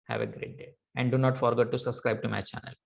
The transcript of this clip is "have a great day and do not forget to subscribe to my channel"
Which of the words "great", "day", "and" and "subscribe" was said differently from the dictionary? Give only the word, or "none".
none